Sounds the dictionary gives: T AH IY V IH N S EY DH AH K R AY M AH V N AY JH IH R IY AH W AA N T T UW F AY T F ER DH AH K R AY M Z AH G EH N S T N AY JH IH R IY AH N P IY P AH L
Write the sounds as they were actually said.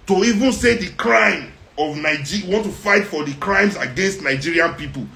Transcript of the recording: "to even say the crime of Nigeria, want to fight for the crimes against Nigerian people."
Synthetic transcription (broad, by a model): T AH IY V IH N S EY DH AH K R AY M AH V N AY JH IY W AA N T T UW F AY T F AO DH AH K R AY M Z AH G EH N S T N AY JH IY R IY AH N P IY P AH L